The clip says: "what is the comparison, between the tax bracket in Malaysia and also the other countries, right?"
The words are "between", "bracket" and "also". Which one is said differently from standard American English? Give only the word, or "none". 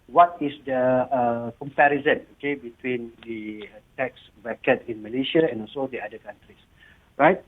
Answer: bracket